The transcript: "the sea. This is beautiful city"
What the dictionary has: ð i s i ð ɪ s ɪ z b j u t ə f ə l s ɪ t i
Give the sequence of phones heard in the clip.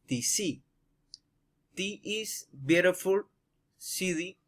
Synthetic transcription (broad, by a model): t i s i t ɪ ɪ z b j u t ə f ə l s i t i